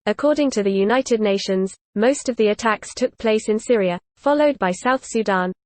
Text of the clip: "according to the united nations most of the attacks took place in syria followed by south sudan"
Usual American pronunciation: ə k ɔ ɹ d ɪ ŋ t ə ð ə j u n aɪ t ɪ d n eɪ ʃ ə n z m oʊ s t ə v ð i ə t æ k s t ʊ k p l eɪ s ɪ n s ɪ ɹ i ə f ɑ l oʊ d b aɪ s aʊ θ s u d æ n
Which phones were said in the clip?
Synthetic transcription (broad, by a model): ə k ɔ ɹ d ɪ ŋ t ə ð ə j u n aɪ t ɪ d n eɪ ʃ ə n z m oʊ s t ə v ð i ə t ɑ k s t ʊ k p l eɪ s ɪ n s ɪ ɹ i ə f ɑ l oʊ d b aɪ s aʊ θ s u d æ n